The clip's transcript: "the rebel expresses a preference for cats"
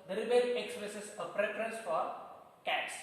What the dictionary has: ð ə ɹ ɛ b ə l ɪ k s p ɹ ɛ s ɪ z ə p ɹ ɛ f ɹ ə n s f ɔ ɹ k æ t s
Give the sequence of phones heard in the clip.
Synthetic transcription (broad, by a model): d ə ɹ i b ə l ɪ k s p l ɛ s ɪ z ə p ɹ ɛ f ɹ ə n s f ɔ ɹ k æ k s